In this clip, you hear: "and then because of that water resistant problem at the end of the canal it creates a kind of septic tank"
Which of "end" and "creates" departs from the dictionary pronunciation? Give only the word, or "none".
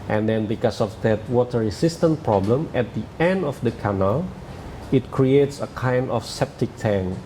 none